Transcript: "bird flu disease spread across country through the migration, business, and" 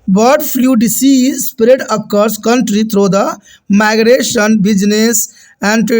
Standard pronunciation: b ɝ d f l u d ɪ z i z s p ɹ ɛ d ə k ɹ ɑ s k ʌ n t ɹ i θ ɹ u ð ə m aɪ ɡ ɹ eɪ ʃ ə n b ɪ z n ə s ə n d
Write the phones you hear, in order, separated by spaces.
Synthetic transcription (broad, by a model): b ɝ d p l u d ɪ s i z s p ɹ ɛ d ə k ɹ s k ʌ n t ɹ i t ɹ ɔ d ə m aɪ ɡ ɹ eɪ ʃ ə n b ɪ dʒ n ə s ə n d